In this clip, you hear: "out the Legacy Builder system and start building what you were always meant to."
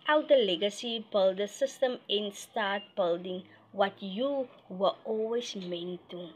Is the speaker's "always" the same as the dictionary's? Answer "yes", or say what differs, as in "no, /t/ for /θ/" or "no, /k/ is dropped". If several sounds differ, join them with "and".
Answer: no, /s/ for /z/